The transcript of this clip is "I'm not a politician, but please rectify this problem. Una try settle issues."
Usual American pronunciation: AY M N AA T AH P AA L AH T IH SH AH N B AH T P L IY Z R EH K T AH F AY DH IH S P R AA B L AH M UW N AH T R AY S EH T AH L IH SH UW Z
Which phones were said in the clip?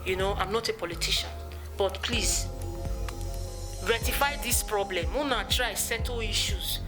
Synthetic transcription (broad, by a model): AY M N AA T AH P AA L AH T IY SH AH N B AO T P L IY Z R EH T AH F AY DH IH S P R AA B L AH M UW N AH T R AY S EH T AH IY SH UW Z